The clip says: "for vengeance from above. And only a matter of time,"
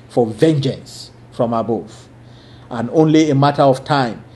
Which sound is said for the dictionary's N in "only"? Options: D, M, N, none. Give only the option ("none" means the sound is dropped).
N